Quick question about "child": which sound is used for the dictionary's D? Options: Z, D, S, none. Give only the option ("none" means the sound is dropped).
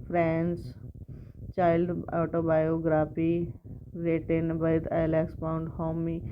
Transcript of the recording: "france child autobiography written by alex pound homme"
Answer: D